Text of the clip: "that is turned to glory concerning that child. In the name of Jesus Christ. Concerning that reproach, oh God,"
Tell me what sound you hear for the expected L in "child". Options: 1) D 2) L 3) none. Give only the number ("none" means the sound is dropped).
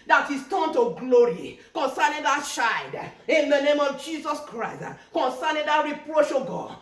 3